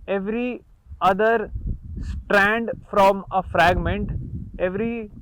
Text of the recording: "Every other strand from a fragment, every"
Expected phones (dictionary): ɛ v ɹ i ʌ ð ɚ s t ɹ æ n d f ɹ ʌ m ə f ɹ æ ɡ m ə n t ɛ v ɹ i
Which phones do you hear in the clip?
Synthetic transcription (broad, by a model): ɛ v ɹ i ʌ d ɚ s t ɹ æ n d f ɹ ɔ m ə f ɹ æ ɡ m ə n t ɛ v ɹ i